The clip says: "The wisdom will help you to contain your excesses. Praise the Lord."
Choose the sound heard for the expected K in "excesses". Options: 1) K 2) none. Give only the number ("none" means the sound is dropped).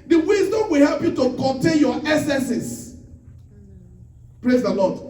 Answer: 2